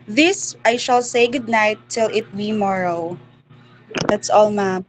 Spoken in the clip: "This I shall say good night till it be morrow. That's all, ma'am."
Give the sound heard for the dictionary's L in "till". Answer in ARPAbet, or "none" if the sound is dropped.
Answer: L